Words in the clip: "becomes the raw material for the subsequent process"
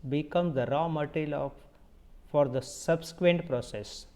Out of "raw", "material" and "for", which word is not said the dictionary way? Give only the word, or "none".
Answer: material